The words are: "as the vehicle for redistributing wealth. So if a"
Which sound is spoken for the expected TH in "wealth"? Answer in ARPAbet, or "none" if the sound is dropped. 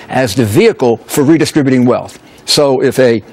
TH